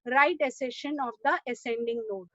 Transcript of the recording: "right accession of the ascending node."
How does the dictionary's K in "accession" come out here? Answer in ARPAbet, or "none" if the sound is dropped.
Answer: none